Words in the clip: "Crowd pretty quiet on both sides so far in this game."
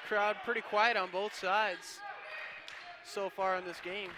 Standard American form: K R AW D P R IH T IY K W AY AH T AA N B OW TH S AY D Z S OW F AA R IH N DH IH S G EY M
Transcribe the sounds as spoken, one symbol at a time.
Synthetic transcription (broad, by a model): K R AW D P R IH T IY K W AY AH T N B OW TH S AY D Z S OW F AA R IH N DH IH S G EY M